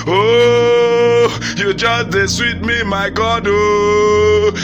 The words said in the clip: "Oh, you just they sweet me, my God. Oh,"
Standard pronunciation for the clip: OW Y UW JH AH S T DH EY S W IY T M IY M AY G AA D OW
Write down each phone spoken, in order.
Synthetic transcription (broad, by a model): OW Y UW JH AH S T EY S W IY T M IY M AY G AA D OW